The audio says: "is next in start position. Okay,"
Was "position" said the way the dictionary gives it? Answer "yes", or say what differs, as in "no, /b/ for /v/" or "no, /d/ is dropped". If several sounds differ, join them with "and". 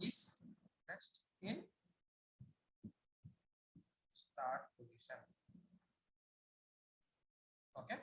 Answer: no, /s/ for /ʃ/